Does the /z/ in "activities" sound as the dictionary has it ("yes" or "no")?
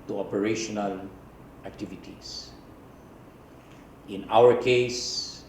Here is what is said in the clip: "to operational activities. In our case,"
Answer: no